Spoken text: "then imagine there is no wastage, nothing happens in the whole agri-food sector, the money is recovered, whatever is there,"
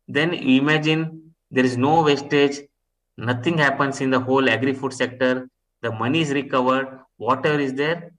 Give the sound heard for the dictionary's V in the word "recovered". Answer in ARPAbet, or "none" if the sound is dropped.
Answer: V